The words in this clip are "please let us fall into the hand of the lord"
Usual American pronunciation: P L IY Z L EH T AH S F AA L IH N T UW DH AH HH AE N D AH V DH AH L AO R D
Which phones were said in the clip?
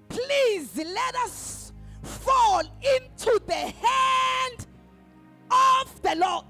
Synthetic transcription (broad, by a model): P L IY Z L EH T AH S F AA L IH N T UW DH AH HH AE N D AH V DH AH L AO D